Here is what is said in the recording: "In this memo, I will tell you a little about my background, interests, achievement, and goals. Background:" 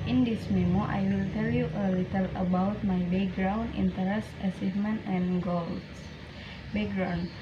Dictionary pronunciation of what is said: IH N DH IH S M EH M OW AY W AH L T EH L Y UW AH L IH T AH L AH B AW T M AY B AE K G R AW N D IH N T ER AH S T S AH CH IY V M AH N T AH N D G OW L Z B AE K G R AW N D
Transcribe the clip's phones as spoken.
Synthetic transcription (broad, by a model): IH N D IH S M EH M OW AY W AH L T EH L Y UW AH L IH T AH L AH B AW T M AY B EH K G R AW N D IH N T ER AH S S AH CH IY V M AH N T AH N G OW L B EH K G R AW N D